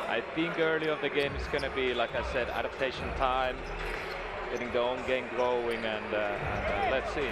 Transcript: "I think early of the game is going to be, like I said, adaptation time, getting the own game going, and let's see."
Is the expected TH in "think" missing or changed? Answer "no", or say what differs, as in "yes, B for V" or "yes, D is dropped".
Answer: no